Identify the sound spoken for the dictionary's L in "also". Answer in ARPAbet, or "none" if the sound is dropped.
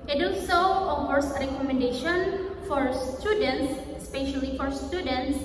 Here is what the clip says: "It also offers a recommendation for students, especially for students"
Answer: none